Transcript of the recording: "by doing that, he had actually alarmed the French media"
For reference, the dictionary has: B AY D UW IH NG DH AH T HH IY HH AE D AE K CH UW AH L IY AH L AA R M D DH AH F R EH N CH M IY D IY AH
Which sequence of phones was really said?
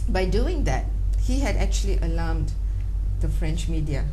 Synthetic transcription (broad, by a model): B AY D UW IH NG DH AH T HH IY HH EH D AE K CH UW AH L IY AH L AA M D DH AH F R EH N CH M IY D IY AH